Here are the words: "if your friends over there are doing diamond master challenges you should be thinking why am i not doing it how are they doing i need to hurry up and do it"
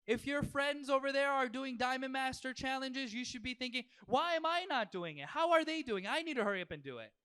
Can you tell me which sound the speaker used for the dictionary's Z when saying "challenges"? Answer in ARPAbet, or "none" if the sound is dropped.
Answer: Z